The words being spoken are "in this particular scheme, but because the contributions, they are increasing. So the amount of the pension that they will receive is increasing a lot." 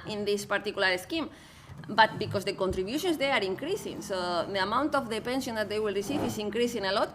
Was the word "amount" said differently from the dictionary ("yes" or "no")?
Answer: no